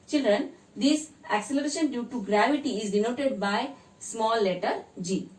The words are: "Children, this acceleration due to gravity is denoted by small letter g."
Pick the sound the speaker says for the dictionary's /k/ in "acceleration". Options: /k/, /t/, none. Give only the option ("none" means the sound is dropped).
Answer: /k/